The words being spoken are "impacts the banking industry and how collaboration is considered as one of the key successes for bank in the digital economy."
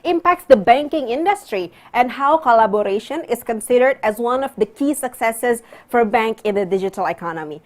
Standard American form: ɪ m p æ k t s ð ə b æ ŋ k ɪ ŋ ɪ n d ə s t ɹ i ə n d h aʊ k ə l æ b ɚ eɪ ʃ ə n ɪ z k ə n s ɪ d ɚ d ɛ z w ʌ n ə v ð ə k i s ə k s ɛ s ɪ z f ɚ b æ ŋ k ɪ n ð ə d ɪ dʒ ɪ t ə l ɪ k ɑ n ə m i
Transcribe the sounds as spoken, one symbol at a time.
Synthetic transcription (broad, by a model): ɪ m p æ k t s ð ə b æ ŋ k ɪ ŋ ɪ n d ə s t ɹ i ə n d h aʊ k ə l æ b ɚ eɪ ʃ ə n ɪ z k ə n s ɪ d ɚ d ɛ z w ʌ n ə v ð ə k i s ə k s ɛ s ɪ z f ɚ b æ ŋ k ɪ n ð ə d ɪ dʒ ɪ t ə l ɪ k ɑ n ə m i